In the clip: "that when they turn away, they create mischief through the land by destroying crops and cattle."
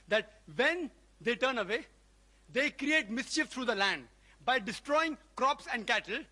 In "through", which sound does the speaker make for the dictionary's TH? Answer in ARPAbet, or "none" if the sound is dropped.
T